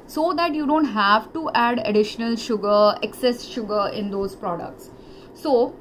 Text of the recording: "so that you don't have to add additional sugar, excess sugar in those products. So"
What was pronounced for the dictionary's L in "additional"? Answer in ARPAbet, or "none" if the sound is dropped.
L